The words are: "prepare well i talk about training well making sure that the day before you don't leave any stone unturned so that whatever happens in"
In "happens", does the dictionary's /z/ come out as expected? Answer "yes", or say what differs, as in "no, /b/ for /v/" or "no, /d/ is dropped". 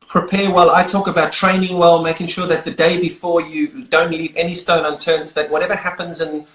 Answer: yes